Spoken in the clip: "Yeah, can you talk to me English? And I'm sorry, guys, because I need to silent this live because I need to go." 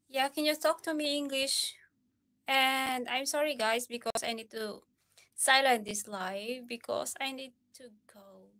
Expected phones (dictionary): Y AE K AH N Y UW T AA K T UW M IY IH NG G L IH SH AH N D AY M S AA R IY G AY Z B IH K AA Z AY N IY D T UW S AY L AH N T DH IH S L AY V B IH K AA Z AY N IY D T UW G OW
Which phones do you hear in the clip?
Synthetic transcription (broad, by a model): Y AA K AH N Y UW T AA K T UW M IY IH NG G L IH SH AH N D AY M S AA R IY G AY S B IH K AA S AY N IY D T UW S AY L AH N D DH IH S L AY F B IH K AA S AY N IY D T UW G OW